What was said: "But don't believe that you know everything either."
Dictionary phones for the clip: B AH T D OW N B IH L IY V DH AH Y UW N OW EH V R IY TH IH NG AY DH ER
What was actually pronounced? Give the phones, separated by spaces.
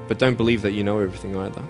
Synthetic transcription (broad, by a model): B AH T D OW N B IH L IY V DH AH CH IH N OW EH V R IY TH IH NG AY DH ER